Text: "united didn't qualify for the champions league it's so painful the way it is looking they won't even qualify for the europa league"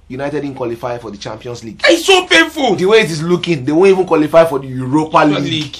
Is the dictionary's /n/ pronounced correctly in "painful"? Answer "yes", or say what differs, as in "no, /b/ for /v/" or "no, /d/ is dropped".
no, /n/ is dropped